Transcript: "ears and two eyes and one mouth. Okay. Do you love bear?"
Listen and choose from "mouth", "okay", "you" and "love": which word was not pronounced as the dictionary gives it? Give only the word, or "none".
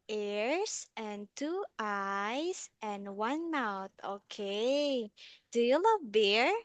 mouth